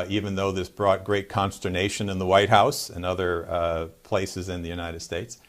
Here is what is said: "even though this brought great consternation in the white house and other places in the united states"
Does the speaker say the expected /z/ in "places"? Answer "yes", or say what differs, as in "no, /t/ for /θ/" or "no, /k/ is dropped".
yes